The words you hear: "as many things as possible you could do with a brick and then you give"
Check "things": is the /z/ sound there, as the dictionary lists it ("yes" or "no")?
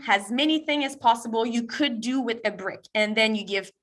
no